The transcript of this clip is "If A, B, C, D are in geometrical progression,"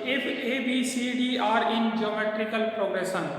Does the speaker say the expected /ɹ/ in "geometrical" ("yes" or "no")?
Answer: yes